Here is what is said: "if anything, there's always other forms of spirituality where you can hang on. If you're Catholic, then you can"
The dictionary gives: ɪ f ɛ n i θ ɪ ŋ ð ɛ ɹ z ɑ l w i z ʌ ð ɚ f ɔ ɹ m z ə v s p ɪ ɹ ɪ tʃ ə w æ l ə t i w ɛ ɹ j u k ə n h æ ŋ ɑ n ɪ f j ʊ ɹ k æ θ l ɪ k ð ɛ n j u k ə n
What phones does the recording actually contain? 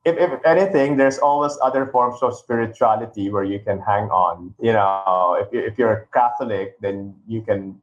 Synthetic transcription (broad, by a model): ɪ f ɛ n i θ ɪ ŋ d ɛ ɹ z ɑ l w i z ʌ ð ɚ f ɔ ɹ m s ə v s p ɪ ɹ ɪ tʃ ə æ l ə t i w ɛ ɹ j u k ə n h æ ŋ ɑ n ɪ f j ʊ ɹ k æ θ l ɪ k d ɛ n j u k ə n